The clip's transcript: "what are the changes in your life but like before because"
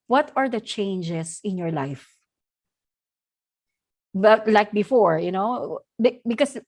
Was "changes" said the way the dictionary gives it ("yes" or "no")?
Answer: no